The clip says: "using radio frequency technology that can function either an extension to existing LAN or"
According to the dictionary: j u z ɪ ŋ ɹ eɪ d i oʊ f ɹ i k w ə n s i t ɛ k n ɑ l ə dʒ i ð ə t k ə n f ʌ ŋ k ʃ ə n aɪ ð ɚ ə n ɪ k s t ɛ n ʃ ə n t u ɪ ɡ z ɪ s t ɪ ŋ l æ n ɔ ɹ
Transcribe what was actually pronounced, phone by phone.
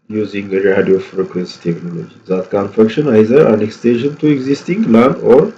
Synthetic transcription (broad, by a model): j u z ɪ ŋ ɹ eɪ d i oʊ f ɹ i k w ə n s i t ɛ k n ɑ l ə dʒ i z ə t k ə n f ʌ k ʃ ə n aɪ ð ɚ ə n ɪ k s t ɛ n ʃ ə n t u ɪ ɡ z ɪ s t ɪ ŋ l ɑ n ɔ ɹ